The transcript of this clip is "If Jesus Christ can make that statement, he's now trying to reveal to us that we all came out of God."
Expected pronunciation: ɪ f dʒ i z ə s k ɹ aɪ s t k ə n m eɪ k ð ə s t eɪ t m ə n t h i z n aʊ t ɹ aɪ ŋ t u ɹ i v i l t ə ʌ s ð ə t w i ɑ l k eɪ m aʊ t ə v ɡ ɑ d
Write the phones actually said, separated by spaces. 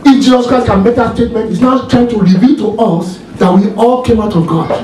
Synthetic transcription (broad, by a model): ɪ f dʒ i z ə s k ɹ aɪ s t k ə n m eɪ k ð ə s t eɪ t m ə n t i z n aʊ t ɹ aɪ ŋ t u ɹ i v i l t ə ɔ s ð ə t w i ɑ l k eɪ m aʊ t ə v ɡ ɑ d